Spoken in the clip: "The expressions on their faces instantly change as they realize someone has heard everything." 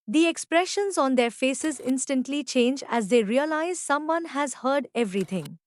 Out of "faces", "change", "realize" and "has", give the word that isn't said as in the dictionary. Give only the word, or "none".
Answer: none